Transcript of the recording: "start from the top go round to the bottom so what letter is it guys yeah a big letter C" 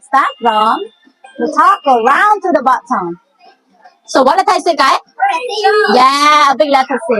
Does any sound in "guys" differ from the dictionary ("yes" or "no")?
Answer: yes